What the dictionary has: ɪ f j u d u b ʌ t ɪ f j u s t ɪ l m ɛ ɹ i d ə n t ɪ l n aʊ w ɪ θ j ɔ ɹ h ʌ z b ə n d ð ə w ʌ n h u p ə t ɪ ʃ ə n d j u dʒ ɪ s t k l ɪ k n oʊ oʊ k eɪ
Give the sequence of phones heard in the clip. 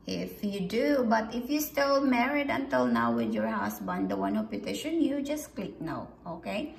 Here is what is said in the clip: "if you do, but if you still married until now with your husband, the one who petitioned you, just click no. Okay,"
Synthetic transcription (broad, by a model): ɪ f j u d u b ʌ t ɪ f j u s t ɪ l m ɛ ɹ i d ə n t ɪ l n aʊ w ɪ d j ɔ ɹ h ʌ s b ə n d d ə w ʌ n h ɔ p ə t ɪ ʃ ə n j u dʒ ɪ s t k l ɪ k n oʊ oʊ k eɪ